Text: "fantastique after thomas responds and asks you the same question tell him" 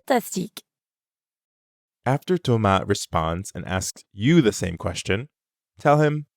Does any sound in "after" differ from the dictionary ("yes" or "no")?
no